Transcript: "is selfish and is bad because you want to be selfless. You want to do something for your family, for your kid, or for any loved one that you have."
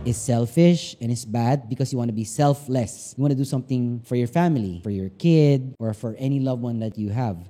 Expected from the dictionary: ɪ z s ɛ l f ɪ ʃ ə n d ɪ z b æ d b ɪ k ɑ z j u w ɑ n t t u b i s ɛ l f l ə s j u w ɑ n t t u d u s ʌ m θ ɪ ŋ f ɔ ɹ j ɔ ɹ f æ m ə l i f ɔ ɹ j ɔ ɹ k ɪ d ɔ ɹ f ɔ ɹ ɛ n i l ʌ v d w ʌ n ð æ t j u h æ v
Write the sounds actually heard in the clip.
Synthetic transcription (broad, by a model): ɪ s ɛ l f ɪ ʃ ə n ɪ s b æ d b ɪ k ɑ s j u w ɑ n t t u b i s ɛ l f l ə s j u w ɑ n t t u d u s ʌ m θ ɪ ŋ f ɔ ɹ j ɔ ɹ f æ m ə l i f ɔ ɹ j ɔ ɹ k ɪ d ɔ ɹ f ɔ ɹ ɛ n i l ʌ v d w ʌ n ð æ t j u h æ v